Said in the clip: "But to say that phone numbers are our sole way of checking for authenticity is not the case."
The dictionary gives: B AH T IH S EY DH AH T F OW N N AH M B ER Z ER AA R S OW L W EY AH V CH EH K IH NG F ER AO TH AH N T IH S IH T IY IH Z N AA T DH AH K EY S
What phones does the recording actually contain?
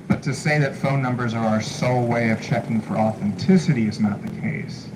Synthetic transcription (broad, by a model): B AH T IH S EY DH AH T F OW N N AH M B ER Z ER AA R S OW W EY AH V CH EH K IH NG F ER AO TH AH N T IH S IH T IY IH Z N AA T DH AH K EY S